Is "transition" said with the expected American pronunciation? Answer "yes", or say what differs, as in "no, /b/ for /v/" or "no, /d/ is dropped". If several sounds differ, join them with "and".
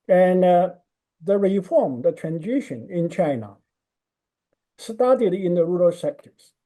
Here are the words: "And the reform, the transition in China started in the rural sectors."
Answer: yes